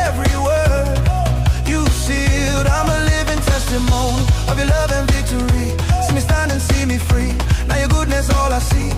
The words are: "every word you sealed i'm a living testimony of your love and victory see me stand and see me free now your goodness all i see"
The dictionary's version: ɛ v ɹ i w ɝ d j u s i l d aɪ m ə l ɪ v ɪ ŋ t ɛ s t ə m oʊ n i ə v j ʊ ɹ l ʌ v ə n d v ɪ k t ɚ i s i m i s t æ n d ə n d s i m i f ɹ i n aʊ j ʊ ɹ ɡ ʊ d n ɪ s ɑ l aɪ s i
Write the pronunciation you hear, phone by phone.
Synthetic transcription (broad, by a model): ɛ v ɹ i w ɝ j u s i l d aɪ m ə l ɪ v ɪ ŋ t ɛ s t ə m oʊ n i ə v j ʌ ɹ l ʌ v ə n v ɪ k t ɚ i s i m i s t æ n d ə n s i m i f ɹ i n aʊ j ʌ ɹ ɡ ʊ d n ɪ s ɑ l aɪ s i